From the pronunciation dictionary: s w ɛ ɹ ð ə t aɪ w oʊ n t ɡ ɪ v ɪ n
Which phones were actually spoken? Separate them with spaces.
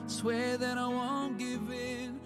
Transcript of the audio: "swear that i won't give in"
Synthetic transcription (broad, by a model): s w ɛ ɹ ð ə t aɪ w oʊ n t ɡ ɪ v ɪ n